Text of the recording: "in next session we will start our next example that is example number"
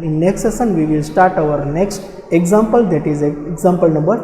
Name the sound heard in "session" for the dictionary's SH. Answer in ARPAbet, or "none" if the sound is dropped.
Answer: S